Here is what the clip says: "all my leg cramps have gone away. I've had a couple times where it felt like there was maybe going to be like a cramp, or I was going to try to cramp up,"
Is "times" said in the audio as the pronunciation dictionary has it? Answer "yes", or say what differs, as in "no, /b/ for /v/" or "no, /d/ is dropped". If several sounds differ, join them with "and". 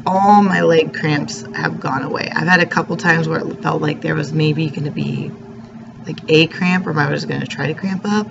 yes